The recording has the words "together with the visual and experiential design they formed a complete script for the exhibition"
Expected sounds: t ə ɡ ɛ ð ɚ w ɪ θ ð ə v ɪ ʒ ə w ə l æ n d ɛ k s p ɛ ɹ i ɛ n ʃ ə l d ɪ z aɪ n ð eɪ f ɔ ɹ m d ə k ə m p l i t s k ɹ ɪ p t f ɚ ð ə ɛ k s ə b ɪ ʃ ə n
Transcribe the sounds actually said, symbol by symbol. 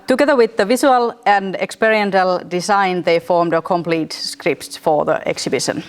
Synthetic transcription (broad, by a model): t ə ɡ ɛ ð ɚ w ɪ ð ə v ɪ s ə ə l æ n d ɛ k s p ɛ ɹ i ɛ n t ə l d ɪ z aɪ n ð eɪ f ɔ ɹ m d ə k ə m p l i t s k ɹ ɪ p t f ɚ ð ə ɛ k s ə b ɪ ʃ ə n